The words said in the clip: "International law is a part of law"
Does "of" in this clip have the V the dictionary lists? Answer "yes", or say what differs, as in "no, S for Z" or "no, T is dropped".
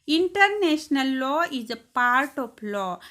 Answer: no, P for V